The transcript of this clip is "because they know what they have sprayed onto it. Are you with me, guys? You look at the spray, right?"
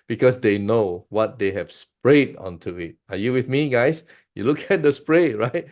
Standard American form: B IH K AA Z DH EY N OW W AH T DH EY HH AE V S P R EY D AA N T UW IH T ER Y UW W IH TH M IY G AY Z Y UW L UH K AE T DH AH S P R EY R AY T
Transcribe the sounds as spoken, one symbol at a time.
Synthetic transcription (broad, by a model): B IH K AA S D EY N OW W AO T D EY HH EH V S P R EY D AA N T UW IH T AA Y UW W IH TH M IY G AY S Y UW L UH K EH T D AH S P R EY R AY T